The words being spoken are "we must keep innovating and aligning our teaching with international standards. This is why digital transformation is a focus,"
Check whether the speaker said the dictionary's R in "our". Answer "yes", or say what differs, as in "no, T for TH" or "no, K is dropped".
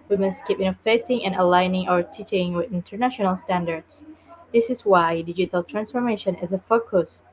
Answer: yes